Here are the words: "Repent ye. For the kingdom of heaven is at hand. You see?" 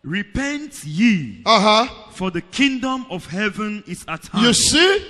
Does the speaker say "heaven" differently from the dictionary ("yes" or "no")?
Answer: no